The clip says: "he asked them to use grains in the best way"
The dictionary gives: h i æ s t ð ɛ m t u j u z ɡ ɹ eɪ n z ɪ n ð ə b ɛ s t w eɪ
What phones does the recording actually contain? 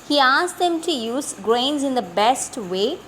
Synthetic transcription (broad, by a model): h i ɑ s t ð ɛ m t u j u z ɡ ɹ eɪ n z ɪ n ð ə b ɛ s t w eɪ